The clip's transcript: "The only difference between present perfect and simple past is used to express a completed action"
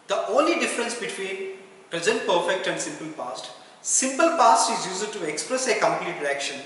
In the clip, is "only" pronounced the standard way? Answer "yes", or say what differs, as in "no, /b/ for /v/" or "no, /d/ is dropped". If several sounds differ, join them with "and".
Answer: yes